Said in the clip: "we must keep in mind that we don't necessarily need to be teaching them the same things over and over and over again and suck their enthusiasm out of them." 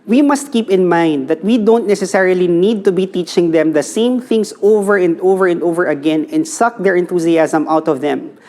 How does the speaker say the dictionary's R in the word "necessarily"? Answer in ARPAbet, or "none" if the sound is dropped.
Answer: R